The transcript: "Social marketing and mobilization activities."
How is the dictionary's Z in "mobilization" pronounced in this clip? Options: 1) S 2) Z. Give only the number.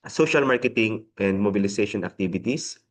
1